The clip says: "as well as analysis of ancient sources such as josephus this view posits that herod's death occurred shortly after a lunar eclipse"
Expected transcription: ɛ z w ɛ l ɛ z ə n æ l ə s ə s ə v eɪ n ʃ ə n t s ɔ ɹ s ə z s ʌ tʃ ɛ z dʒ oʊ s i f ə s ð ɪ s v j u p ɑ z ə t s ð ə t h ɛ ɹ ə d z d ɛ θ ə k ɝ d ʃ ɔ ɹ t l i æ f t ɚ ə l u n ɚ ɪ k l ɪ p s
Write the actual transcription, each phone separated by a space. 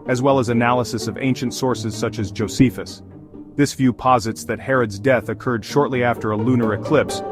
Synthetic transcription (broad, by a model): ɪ z w ɛ l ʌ z ə n æ l ə s ə s ə v eɪ n ʃ ə n t s ɔ ɹ s ə z s ʌ tʃ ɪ z dʒ oʊ s i f ə s ð ɪ s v j u p ɑ z ə t s ð ə t h ɛ ɹ ə d z d ɛ θ ə k ɝ d ʃ ɔ ɹ t l i æ f t ɚ ə l u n ɚ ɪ k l ɪ p s